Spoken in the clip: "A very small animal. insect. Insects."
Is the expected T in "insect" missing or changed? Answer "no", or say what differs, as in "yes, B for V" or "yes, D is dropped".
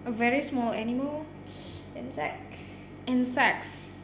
yes, T is dropped